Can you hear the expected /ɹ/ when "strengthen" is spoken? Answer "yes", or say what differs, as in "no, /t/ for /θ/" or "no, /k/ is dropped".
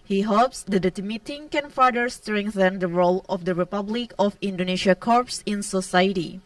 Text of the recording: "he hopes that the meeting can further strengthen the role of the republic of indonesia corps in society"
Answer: yes